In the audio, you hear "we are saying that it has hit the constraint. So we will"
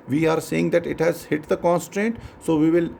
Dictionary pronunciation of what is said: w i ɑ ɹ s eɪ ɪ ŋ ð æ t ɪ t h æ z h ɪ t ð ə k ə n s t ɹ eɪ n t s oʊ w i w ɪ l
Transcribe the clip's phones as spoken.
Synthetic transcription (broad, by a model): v i ɑ ɹ s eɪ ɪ ŋ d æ t ɪ t h æ z h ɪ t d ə k ə n s t ɹ eɪ n t s oʊ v i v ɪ l